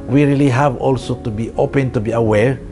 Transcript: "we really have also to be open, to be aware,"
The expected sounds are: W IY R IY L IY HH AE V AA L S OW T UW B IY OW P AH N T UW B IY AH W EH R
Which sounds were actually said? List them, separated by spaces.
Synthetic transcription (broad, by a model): W IY R IY L IY HH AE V AA L S OW T UW B IY OW P AH N T UW B IY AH W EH R